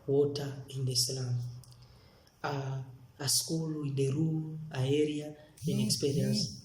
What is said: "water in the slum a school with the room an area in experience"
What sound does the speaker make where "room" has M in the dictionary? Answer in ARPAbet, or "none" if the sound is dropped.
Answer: none